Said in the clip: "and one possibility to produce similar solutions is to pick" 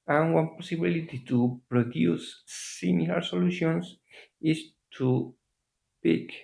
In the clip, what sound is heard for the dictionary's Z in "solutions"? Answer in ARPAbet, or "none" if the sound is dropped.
S